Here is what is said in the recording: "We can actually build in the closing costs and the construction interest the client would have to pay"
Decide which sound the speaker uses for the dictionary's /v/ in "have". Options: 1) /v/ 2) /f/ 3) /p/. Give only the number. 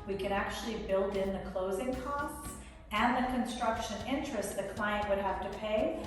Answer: 2